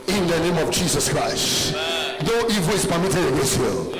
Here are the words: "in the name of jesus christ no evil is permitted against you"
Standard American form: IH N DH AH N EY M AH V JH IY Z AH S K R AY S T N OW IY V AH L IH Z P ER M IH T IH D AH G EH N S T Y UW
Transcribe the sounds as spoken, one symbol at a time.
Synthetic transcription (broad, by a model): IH N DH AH N EY M AH V JH IY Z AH S K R AY S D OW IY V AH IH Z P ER M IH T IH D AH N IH S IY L